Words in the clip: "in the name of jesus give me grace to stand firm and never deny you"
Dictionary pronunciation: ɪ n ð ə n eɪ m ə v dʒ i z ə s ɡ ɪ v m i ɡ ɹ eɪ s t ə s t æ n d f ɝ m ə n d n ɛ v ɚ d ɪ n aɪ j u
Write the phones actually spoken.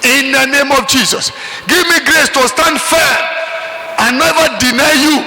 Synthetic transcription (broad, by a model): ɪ n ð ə n eɪ m ə v dʒ i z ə s ɡ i v m i ɡ ɹ eɪ s t ə s t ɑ n d f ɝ ə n n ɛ v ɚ d ɪ n aɪ j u